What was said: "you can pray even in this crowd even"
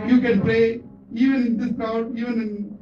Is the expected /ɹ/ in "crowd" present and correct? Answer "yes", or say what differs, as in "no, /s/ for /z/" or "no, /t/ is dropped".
no, /ɹ/ is dropped